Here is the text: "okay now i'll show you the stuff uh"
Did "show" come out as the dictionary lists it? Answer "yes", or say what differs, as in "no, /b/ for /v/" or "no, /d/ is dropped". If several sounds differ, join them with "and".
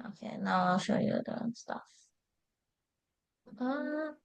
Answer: yes